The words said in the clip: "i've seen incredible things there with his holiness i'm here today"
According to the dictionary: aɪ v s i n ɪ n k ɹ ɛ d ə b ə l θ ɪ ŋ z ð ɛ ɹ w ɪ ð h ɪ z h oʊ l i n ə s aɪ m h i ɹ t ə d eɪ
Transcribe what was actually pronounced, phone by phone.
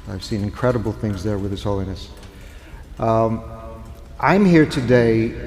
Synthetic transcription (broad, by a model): aɪ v s i n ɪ n k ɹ ɛ d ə b l θ ɪ ŋ z ð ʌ ɹ w ɪ ð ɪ s h oʊ l i n ə s aɪ m h i ɹ t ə d eɪ